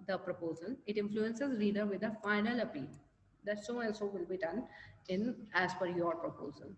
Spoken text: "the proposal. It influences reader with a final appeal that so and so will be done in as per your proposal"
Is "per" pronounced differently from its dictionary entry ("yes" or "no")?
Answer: yes